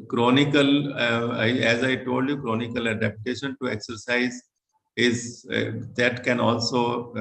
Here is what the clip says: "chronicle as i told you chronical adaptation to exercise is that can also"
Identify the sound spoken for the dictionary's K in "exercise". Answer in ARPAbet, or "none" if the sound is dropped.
K